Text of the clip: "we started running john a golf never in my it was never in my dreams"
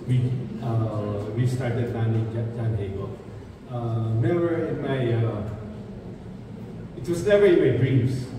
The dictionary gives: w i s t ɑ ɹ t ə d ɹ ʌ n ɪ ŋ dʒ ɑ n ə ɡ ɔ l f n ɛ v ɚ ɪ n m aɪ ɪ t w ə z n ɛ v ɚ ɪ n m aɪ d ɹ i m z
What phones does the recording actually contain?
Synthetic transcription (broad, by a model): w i s t ɑ ɹ t ə d l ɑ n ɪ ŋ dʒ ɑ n ə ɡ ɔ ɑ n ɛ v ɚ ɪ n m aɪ ɪ t w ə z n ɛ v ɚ ɪ n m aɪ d ɹ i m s